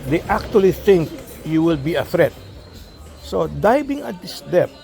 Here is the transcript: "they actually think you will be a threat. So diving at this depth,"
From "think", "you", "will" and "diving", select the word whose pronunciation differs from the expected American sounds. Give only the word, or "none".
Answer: diving